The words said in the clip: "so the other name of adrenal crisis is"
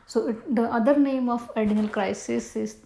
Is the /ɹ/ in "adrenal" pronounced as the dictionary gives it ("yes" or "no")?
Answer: no